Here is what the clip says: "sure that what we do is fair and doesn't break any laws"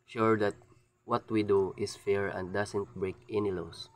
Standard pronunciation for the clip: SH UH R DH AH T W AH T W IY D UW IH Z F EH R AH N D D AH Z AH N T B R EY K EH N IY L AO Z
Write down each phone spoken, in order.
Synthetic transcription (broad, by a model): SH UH R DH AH T W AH T W IY D UW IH S F EH R AH N D D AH S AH N T B R EY K EH N IY L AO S